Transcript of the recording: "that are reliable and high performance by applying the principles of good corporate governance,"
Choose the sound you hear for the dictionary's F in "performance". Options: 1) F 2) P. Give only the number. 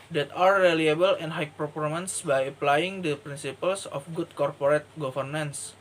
2